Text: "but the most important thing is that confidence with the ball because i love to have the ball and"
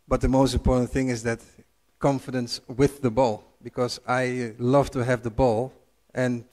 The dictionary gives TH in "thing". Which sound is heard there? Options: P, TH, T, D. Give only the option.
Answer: TH